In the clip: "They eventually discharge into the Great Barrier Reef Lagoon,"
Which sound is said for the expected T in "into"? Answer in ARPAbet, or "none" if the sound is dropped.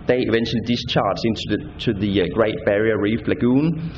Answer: S